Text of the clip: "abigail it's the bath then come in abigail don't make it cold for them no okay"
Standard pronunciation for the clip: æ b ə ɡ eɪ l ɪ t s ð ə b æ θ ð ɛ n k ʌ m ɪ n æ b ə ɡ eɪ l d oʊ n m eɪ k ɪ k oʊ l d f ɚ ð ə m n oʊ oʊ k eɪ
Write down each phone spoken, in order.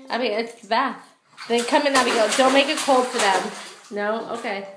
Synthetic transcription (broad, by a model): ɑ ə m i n ɪ t s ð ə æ t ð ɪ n k ʌ m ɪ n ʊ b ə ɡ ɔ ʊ d oʊ n m eɪ k ɪ k oʊ l d f ɚ ð ə m n oʊ oʊ k eɪ